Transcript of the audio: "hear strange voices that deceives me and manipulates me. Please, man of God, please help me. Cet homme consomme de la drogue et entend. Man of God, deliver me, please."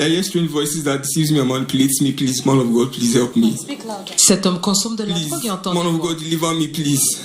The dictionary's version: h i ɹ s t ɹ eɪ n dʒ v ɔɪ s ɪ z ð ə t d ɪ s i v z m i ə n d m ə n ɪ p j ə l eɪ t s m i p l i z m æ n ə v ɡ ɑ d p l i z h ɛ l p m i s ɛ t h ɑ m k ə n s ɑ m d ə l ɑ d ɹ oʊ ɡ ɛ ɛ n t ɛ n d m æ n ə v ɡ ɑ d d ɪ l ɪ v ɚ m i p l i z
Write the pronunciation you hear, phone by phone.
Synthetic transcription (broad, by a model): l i s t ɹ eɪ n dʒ v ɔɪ s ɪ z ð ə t d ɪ s i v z m i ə m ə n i p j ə l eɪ t s m i p l i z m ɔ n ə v ɡ ɑ d p l i z h ɛ l p m i s ɛ t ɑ m k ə s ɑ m d ə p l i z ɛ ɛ t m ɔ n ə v ɡ ɑ d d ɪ l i v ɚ m i p l i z